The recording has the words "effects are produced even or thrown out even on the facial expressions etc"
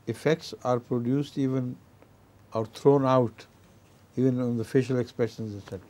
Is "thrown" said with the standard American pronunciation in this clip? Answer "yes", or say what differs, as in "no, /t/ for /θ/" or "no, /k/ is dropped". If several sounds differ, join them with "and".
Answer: no, /t/ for /θ/